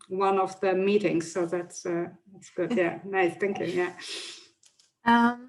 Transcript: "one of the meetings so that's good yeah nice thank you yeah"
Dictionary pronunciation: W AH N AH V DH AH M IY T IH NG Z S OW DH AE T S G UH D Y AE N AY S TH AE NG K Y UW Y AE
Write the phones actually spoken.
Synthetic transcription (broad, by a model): W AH N AH V DH AH M IY T IH NG Z S OW DH AE T S G UH D Y AE N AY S TH AE NG K Y UW Y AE